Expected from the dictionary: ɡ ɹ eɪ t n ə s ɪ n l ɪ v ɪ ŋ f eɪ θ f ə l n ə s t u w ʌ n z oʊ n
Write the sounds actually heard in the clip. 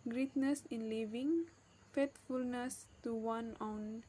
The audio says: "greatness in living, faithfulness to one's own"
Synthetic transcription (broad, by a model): ɡ ɹ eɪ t n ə s ɪ n l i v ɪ ŋ f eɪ t f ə l n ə s t u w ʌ n oʊ n